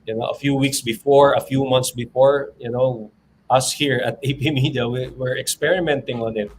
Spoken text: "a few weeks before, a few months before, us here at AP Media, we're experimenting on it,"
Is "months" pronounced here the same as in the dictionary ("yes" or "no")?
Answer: no